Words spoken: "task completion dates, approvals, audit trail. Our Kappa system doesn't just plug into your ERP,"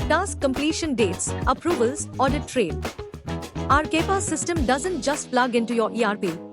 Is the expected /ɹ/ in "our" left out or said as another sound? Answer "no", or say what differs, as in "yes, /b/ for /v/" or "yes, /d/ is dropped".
no